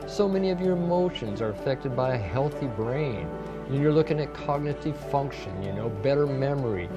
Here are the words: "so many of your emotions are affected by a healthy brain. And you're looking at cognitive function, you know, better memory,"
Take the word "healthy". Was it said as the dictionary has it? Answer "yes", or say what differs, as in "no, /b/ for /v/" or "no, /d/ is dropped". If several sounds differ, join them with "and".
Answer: yes